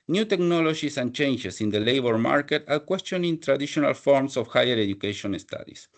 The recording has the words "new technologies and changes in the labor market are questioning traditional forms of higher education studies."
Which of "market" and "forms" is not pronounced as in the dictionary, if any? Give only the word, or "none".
forms